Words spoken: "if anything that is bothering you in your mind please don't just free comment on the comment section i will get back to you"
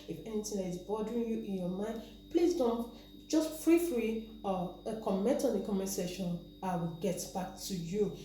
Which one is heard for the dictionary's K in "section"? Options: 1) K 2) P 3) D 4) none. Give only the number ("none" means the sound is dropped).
4